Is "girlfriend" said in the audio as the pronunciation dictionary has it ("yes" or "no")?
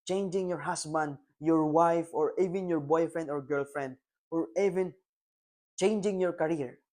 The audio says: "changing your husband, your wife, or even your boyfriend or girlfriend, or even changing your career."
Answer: yes